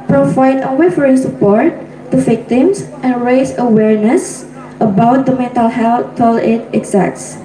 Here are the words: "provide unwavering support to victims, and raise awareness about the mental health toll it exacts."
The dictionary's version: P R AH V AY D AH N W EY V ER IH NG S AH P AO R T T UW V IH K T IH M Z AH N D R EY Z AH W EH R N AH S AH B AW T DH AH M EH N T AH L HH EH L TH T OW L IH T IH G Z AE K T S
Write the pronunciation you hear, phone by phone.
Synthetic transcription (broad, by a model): P R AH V AY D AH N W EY F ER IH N S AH P AO R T T UW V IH K T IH M S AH N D R EY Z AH W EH R N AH S AH B AW T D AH M EH N T AH L HH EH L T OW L IH T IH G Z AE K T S